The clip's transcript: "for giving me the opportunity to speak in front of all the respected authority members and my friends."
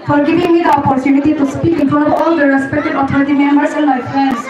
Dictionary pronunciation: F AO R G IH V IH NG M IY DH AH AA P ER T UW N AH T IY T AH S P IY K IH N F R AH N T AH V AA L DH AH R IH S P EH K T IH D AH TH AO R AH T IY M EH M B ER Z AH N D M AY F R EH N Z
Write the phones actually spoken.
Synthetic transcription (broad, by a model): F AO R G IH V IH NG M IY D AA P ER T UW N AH T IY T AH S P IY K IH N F AH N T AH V AA L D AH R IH S P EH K T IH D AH T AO R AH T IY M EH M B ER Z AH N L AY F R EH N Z